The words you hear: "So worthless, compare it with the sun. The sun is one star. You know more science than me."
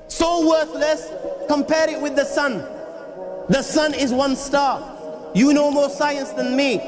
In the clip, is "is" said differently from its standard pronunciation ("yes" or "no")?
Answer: no